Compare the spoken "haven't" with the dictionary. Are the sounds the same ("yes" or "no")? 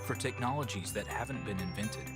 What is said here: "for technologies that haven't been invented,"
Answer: yes